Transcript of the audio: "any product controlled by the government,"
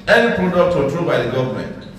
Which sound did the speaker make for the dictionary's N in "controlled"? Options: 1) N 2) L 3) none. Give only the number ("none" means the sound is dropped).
3